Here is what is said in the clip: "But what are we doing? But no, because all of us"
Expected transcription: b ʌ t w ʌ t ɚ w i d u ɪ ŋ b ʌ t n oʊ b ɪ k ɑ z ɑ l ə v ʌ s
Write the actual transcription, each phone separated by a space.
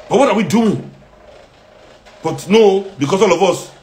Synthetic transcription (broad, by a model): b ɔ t w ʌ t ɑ w i d u ɪ ŋ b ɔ t n oʊ b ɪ k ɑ s ɑ l ə v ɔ s